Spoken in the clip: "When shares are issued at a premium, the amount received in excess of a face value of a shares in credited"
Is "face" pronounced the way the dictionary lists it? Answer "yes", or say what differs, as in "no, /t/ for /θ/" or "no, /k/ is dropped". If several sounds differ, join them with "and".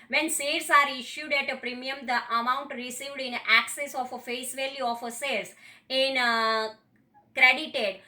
yes